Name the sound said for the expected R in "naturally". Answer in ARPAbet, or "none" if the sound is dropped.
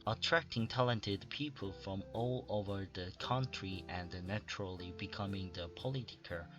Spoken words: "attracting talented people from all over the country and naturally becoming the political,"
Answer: R